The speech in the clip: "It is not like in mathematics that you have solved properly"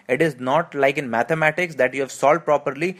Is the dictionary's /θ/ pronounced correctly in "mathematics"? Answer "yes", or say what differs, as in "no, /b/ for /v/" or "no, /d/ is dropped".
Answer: no, /t/ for /θ/